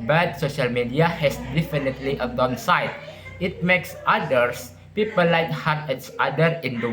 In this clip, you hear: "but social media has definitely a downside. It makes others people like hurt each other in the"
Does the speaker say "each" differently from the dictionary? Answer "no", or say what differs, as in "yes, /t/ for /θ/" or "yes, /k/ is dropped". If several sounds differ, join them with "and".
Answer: yes, /s/ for /tʃ/